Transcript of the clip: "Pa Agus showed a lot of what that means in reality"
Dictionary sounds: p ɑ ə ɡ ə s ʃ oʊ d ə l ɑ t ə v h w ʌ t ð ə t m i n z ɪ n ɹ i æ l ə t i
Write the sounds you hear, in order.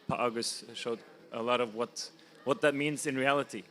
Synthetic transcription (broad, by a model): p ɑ ə ɡ ə s ʃ oʊ d ə l ɑ t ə v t w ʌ t ð ə t m i n z ɪ n ɹ i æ l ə t i